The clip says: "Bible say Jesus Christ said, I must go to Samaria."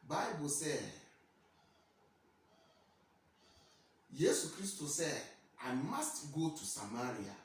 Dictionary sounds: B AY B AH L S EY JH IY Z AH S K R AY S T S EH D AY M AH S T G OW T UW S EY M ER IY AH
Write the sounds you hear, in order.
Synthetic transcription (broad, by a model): B AY B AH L S EY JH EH S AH K R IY S T S EH D AY M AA S T G OW T UW S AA M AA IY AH